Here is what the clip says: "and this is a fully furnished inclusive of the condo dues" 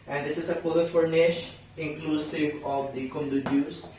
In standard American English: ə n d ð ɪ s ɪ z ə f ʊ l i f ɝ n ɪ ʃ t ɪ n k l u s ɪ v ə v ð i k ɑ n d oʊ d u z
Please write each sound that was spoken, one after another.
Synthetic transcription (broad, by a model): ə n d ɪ s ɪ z ə p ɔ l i f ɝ n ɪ ʃ ɪ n k l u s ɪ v ə v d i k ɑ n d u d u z